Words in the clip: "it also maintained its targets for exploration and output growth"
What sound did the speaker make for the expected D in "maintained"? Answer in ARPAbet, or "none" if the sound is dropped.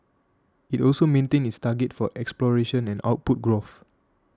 none